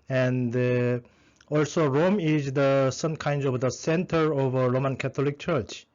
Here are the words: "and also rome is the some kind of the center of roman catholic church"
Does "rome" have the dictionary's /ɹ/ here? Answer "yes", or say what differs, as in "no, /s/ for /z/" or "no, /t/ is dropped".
yes